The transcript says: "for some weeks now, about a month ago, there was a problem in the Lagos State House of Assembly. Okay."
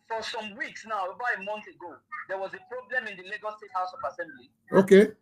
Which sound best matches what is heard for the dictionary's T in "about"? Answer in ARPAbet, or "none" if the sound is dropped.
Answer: none